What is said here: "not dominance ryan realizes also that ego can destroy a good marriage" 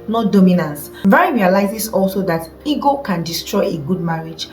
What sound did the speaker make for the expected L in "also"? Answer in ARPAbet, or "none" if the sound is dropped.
L